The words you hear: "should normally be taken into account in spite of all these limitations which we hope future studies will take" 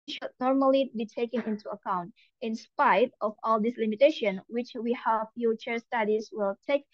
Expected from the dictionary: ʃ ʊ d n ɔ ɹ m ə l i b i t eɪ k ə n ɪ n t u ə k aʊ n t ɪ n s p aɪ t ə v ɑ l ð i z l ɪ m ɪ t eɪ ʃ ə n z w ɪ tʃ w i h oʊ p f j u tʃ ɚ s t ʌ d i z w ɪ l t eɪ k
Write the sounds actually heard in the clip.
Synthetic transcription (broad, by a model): ʃ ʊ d n ɔ ɹ m ə l i b i t eɪ k ə n ɪ n t u ə k aʊ n t ɪ n s p aɪ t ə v ɑ l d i s l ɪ m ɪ t eɪ ʃ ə n w ɪ tʃ w i h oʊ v f j u tʃ ɚ s t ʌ d i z w ɪ l t eɪ k